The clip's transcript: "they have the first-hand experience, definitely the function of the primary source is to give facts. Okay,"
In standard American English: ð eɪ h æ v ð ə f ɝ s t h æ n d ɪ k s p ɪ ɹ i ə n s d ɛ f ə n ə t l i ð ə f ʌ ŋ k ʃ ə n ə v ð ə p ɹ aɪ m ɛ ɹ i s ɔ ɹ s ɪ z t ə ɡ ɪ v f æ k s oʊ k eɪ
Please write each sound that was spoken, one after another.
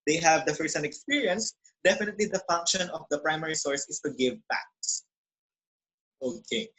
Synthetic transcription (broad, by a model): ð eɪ h æ v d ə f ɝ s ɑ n ɪ k s p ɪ ɹ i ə n s d ɛ f ə n ə t l i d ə f ʌ ŋ k ʃ ə n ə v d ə p ɹ aɪ m ɛ ɹ i s ɔ ɹ s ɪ s t ə ɡ ɪ v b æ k s oʊ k eɪ